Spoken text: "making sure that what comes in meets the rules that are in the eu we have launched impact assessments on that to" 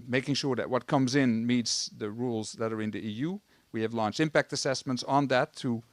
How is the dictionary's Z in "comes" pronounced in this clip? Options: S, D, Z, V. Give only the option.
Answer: Z